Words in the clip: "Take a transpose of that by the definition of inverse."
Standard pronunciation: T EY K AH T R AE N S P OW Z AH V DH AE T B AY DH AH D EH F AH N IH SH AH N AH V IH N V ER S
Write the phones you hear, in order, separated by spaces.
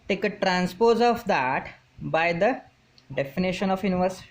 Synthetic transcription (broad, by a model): T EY K AH T R AE N S P OW Z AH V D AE T B AY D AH D EH F AH N IH SH AH N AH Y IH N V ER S